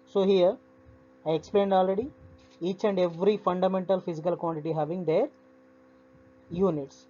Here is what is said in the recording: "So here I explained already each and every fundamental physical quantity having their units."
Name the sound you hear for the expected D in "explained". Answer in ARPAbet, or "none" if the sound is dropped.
D